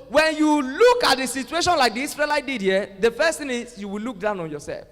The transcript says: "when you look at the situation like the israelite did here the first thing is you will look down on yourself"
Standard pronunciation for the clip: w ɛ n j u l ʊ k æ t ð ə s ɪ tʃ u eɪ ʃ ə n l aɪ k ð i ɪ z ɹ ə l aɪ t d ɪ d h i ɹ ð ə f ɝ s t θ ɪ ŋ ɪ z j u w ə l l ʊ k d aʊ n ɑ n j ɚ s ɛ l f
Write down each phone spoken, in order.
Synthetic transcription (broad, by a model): w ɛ n j u l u k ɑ t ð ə s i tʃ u eɪ ʃ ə n l aɪ k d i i s ɹ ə l aɪ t d ɪ d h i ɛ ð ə f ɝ s t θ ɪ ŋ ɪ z j u w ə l l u k d aʊ n ɑ n j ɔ s ɛ l f